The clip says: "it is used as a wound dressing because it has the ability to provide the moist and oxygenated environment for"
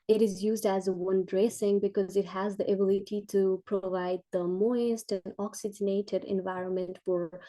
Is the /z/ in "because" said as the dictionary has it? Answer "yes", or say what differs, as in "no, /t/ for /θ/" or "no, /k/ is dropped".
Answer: yes